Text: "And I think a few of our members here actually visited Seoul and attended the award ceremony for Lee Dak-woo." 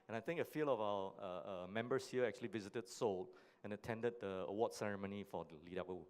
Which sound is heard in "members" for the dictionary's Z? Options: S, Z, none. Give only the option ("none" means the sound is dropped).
S